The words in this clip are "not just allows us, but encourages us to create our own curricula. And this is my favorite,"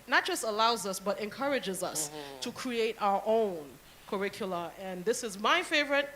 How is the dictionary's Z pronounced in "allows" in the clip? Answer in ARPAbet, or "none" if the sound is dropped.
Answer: Z